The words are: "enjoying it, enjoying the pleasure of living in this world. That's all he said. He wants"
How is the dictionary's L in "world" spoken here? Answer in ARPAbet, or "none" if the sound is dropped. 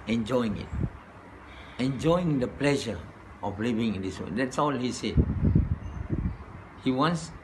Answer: none